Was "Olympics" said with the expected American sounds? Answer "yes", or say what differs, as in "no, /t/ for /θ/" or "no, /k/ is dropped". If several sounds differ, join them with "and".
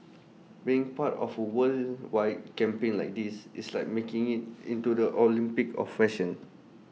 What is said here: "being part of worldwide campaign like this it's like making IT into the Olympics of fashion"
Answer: no, /s/ is dropped